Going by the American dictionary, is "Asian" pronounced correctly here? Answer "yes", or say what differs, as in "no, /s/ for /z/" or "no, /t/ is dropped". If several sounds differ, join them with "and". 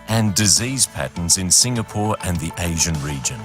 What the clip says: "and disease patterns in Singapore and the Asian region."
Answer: yes